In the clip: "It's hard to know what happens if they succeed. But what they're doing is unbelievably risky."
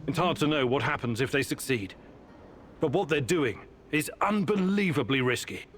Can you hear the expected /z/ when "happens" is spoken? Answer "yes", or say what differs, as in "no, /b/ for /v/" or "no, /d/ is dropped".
yes